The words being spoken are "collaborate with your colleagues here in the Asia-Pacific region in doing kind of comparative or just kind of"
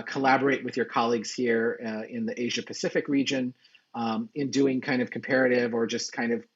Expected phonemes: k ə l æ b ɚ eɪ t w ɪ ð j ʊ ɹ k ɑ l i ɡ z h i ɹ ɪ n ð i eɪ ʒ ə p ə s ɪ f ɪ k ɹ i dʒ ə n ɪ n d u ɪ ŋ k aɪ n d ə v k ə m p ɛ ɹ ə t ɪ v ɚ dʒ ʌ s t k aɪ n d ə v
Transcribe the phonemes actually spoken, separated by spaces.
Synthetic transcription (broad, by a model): k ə l æ b ɚ eɪ t w ɪ ð j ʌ ɹ k ɑ l i ɡ z h i ɹ ɪ n ð i eɪ ʒ ə p ə s ɪ f ɪ k ɹ i dʒ ə n ɪ n d u ɪ ŋ k aɪ n d ə v k m p ɛ ɹ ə t ɪ v ɚ dʒ ʌ s k aɪ n d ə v